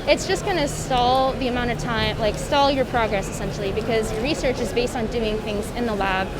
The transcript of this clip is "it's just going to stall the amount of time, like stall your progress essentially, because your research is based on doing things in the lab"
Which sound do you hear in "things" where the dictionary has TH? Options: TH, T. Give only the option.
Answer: TH